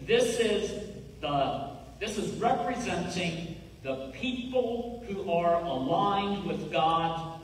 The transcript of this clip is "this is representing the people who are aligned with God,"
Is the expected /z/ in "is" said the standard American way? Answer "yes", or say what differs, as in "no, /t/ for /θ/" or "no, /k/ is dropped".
yes